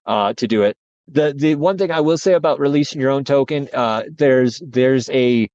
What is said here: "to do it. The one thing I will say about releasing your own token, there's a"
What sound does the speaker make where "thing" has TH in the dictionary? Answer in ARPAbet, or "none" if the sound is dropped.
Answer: TH